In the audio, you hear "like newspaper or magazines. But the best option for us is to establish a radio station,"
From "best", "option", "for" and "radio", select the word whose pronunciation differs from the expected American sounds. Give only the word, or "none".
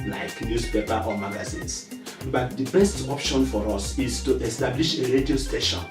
none